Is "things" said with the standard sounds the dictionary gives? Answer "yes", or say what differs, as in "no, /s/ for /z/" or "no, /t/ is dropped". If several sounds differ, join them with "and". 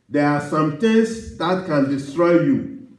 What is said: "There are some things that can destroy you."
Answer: no, /t/ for /θ/